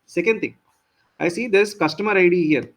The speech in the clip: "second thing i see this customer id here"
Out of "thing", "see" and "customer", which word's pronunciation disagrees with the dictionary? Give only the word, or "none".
thing